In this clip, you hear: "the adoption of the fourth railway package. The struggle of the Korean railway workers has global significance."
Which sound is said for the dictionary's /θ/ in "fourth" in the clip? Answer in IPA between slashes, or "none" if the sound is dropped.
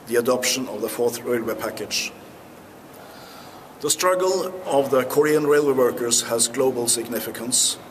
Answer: /θ/